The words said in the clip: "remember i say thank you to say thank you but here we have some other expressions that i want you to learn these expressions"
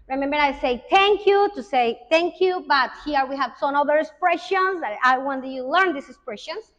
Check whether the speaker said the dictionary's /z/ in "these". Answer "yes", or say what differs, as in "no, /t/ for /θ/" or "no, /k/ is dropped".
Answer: no, /s/ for /z/